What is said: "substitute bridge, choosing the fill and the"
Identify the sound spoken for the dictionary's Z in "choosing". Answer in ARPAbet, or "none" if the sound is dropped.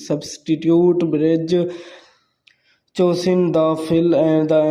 S